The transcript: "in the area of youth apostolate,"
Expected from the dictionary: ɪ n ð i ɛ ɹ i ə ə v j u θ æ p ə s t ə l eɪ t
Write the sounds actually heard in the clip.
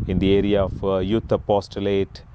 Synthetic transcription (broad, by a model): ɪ n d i ɛ ɹ i ə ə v j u t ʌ p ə s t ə l eɪ t